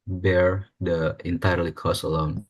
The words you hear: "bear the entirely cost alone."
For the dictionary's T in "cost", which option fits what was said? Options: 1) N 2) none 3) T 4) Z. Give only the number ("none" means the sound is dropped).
2